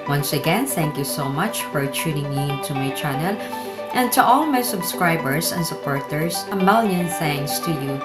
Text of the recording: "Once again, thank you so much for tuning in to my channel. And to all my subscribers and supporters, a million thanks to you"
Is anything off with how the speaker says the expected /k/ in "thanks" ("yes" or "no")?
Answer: yes